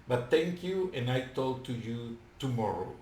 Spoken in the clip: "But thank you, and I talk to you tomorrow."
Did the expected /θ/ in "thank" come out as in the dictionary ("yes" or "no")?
no